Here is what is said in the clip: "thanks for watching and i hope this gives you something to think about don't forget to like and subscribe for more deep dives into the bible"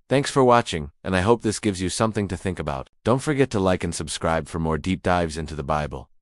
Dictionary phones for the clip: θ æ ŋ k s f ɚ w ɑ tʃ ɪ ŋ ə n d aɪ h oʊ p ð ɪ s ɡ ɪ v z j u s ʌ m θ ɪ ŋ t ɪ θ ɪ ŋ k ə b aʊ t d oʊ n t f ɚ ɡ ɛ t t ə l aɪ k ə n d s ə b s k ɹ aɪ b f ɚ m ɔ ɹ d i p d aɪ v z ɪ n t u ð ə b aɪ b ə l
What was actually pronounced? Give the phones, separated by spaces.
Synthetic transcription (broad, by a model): θ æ ŋ k s f ɚ w ɑ tʃ ɪ ŋ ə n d aɪ h oʊ p ð ɪ s ɡ ɪ v z j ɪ s ʌ m θ ɪ ŋ t ɪ θ ɪ ŋ k ə b aʊ t d oʊ n t f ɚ ɡ ɛ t t ə l aɪ k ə n s ə b s k ɹ aɪ b f ɚ m ɔ ɹ d i p d aɪ v z ɪ n t u ð ə b aɪ b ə l